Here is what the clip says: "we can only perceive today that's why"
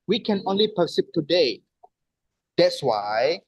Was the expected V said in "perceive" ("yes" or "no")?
no